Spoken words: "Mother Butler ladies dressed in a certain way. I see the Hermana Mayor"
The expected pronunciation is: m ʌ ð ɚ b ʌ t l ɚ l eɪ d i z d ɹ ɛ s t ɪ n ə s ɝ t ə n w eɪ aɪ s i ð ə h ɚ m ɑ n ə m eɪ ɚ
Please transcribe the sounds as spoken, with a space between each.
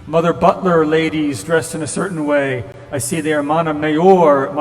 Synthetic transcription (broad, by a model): m ʌ ð ɚ b ʌ t l ɚ l eɪ d i z d ɹ ɛ s t ɪ n ə s ɝ t n w eɪ aɪ s i ð ə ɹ m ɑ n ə m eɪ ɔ